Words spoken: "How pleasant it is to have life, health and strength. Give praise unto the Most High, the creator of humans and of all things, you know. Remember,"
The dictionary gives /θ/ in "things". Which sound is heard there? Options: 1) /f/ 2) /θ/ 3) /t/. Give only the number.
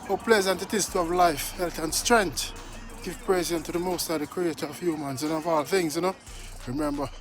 2